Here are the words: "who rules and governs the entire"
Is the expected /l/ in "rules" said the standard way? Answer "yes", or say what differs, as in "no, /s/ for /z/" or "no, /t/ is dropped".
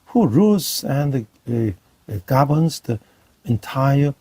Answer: no, /l/ is dropped